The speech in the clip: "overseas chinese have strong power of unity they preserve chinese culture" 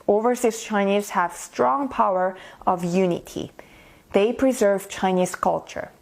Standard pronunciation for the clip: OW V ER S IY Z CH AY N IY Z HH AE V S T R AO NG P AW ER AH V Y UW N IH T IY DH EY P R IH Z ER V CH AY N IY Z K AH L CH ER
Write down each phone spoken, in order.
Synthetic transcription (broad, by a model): OW V ER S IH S CH AY N IY Z HH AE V S T R AO NG P AW ER AH V Y UW N IH T IY DH EY P R IH Z ER V CH AY N IY Z K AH L CH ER